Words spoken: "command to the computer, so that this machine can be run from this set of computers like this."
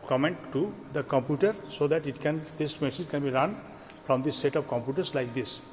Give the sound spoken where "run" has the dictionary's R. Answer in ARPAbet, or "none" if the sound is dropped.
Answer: R